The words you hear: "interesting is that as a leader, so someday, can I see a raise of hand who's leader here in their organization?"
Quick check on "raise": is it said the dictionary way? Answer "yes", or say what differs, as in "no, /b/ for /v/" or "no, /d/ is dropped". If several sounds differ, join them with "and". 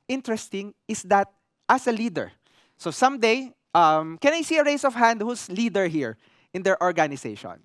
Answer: no, /s/ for /z/